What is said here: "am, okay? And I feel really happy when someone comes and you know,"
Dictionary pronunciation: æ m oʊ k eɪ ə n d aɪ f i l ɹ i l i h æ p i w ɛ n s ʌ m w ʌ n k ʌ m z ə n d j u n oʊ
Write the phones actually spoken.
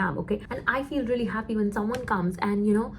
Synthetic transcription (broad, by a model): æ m oʊ k eɪ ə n aɪ f i l ɹ i l i h æ p i w ɛ n s ʌ m w ʌ n k ʌ m z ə n j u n oʊ